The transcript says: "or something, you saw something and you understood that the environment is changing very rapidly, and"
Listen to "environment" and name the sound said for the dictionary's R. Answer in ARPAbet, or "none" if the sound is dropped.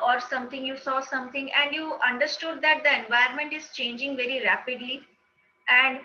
none